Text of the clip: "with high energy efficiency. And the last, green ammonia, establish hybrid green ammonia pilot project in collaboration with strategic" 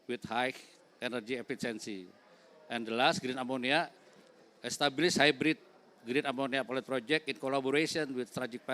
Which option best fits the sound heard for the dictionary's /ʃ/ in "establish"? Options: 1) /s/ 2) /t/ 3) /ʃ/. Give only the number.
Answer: 1